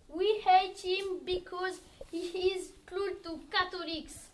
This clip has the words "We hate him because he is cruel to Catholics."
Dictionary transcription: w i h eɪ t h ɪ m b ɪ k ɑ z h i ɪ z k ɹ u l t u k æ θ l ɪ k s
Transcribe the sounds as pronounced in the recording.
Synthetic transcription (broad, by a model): w i h eɪ t h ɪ m b ɪ k ɑ z h i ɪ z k l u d t u k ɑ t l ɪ k s